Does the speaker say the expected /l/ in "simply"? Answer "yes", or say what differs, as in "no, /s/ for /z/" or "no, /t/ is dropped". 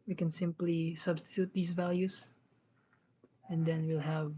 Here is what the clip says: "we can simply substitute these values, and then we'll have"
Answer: yes